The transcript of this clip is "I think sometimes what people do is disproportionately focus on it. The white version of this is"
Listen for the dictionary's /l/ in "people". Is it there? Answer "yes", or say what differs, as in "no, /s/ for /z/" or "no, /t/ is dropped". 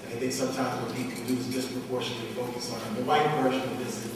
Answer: no, /n/ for /l/